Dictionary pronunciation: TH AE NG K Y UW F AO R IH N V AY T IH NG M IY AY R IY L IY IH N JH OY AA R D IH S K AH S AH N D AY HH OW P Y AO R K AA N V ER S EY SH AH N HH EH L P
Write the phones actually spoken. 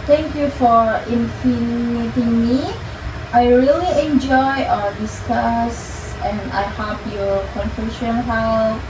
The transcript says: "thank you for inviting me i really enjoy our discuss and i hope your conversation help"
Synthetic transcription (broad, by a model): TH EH NG K Y UW F AO R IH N F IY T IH NG M IY AY R IY L IY IH N JH OY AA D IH S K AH S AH N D AY HH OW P Y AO K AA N F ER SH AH N HH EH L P